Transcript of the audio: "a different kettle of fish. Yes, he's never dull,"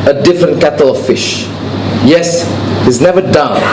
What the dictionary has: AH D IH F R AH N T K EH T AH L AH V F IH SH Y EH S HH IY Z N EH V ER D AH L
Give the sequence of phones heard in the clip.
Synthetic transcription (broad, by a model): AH D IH F R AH N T K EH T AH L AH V F IH SH Y EH S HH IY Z N EH V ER D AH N